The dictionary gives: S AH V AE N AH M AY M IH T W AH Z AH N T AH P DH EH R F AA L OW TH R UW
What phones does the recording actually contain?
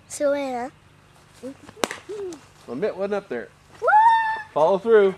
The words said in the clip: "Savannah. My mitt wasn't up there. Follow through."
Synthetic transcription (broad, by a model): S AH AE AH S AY M IH T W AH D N AH P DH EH R F AA L OW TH R UW